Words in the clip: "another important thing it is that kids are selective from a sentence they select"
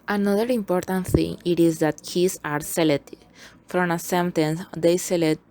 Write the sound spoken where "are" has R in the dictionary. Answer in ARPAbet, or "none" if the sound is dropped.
R